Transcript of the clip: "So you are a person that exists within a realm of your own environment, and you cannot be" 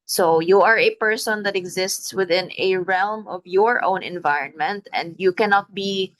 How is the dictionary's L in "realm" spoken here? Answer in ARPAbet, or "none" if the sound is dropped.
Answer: L